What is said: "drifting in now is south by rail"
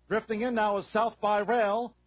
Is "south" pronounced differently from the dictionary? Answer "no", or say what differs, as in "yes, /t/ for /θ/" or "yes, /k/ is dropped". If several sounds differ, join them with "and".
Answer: no